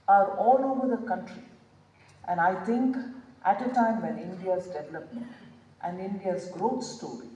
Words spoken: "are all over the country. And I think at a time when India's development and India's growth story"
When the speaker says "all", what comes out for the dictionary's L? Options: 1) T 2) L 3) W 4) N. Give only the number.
2